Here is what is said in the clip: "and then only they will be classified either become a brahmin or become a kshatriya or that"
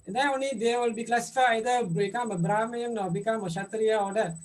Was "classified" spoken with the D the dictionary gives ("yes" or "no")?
no